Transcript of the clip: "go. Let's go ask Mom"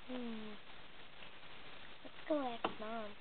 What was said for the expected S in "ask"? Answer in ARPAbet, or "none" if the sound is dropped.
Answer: none